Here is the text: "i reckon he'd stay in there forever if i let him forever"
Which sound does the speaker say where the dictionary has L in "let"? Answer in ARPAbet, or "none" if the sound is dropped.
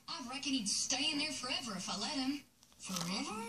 L